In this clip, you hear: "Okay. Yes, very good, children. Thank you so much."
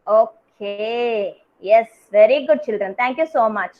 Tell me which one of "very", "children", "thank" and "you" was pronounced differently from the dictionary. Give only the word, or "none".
thank